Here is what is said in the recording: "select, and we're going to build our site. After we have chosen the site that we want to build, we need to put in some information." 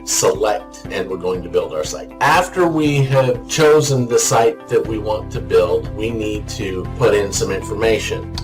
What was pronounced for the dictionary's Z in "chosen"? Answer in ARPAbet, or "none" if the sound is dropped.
Z